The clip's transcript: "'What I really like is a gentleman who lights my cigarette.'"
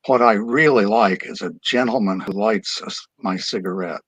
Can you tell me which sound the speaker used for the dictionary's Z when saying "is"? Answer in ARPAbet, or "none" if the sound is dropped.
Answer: Z